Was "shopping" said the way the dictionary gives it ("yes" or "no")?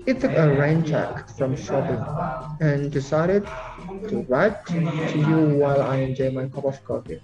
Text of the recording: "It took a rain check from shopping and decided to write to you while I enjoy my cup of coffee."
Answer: no